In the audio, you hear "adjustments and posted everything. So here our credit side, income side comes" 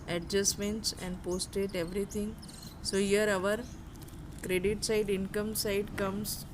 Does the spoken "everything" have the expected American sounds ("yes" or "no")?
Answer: no